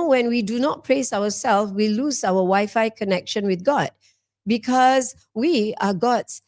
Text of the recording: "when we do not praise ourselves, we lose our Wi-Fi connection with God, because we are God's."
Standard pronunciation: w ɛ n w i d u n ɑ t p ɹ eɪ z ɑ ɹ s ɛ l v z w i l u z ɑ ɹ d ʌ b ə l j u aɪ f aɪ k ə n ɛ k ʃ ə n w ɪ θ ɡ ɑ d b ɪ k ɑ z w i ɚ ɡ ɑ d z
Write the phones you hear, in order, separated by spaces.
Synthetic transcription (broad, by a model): w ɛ n w i d u n ɑ t p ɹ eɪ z ɑ w s ɛ l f w i l u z ɑ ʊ ə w aɪ f aɪ k ə n ɛ k ʃ ə n w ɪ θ ɡ ɑ d b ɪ k ɑ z w i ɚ ɡ ɑ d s